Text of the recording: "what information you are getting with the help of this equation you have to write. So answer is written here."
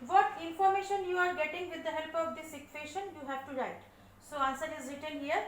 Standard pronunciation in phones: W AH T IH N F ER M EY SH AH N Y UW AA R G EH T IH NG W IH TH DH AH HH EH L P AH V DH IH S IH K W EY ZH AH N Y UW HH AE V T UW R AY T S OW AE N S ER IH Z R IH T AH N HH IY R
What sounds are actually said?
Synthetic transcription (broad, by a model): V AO T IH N F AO M EY SH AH N Y UW AA R G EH T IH NG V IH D AH HH EH L P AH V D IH S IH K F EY SH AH N Y UW HH AE V T UW R AY T S OW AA N S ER IH Z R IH T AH L HH IY R